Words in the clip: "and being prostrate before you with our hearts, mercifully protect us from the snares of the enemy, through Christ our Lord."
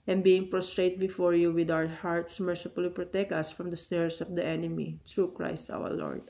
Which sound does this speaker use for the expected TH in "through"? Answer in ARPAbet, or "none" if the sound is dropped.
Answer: T